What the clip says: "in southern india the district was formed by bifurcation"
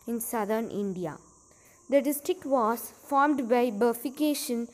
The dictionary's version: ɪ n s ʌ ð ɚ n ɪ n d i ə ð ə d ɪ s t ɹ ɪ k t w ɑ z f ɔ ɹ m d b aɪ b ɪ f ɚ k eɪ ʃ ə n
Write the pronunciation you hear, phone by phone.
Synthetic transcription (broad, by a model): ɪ n s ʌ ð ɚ n ɪ n d i ə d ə d ɪ s t ɹ ɪ k t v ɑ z f ɔ ɹ m d b aɪ b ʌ f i k eɪ ʃ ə n